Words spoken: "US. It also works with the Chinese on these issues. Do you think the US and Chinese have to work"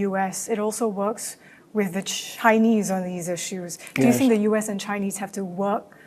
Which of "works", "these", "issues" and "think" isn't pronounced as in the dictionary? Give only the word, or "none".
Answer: none